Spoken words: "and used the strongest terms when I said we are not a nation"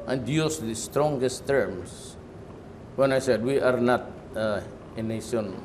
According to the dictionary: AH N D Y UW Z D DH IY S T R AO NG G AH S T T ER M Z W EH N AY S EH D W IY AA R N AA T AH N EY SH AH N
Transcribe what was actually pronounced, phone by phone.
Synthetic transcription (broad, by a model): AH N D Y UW S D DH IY S T R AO NG G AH S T T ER M S W EH N AY S EH D W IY AA R N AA T AH N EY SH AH N